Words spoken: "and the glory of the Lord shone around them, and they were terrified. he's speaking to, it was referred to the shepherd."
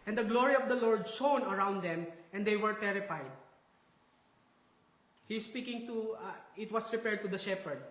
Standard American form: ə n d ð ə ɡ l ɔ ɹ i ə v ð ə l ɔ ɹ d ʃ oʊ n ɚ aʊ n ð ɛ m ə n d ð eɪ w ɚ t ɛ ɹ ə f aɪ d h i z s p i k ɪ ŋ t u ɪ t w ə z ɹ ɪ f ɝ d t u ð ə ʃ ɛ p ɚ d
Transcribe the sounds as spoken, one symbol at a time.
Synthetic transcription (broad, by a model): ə n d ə ɡ l ɔ ɹ i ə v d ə l ɔ ɹ d ʃ oʊ n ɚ aʊ n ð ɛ m ə n d eɪ w ɚ t ɛ ɹ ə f aɪ d h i s p i k ɪ ŋ t u ɪ t w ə s ɹ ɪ p ɝ d t u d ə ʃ ɛ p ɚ d